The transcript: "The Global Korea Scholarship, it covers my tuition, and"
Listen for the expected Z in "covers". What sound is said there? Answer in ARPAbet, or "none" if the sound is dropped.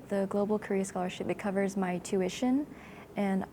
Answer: Z